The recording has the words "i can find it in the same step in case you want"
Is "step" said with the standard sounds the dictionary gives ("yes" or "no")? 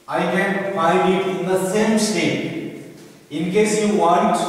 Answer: no